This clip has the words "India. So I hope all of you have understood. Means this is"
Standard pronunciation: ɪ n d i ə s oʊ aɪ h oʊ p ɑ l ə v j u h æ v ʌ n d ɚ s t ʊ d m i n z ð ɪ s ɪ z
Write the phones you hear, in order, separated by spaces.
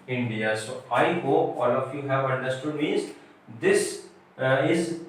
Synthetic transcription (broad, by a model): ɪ n d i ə s oʊ aɪ h oʊ p ɑ l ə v j u h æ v ʌ n d ɚ s t ʊ d m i z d ɪ s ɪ z